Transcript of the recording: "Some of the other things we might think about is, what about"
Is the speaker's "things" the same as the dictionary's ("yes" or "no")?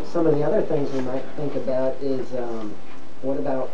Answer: yes